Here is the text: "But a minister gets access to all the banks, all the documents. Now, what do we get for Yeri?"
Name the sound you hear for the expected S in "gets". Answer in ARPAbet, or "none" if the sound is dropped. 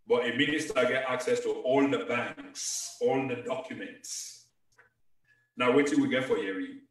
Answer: none